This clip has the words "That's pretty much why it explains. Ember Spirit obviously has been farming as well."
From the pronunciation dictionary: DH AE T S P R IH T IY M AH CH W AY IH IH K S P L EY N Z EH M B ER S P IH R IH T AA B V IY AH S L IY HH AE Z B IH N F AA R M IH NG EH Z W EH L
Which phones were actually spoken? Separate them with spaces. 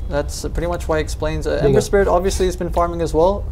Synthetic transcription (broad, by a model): DH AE T S P R IH T IY M AH CH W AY IH IH K S P L EY N Z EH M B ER S P IH R IH T AA B V IY AH S L IY Z B IH N F AA R M IH NG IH Z W EH L